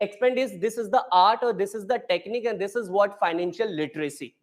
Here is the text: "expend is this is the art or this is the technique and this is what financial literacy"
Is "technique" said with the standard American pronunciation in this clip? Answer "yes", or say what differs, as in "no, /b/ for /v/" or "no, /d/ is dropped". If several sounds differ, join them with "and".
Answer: yes